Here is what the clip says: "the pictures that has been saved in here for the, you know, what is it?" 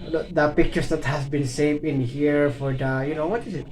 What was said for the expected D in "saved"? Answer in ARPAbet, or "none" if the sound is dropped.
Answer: none